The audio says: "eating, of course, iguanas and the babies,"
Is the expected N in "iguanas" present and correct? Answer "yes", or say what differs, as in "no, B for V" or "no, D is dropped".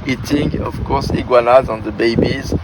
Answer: no, L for N